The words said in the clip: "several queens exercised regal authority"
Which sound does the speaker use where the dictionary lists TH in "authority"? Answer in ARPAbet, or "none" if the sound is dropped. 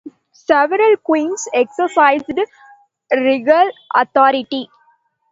T